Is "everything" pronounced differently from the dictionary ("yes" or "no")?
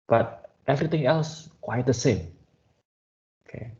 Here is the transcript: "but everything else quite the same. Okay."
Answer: yes